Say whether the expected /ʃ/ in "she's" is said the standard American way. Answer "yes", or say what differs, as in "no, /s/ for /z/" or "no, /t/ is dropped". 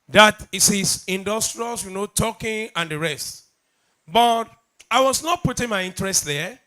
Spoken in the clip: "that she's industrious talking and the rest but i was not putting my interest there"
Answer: no, /s/ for /ʃ/